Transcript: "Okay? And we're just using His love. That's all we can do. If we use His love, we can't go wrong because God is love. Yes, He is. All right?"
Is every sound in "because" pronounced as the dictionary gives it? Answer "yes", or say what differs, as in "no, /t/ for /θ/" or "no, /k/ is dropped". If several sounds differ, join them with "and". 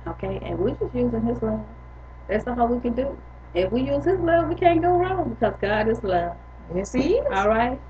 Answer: yes